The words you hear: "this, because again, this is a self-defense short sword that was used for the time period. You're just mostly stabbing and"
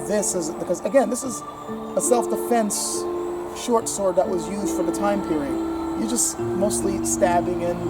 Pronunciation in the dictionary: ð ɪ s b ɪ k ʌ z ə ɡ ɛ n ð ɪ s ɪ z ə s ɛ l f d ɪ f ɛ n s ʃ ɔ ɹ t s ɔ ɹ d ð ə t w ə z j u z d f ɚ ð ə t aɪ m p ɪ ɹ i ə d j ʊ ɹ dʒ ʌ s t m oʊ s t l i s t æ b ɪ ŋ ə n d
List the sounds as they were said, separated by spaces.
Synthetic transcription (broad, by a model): ð ɪ s b ɪ k ʌ z ə ɡ ɛ n ð ɪ s ɪ z ə s ɛ l f d ɪ f ɛ n s ʃ ɔ ɹ t s ɔ ɹ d ð ə t w ə z j u z d f ɚ ð ə t aɪ m p ɪ ɹ i ə d j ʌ ɹ dʒ ʌ s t m oʊ s t l i s t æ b ɪ ŋ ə n